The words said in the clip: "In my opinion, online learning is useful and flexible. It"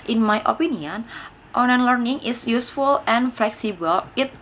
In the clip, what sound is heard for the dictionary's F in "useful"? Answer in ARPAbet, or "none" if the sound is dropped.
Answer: F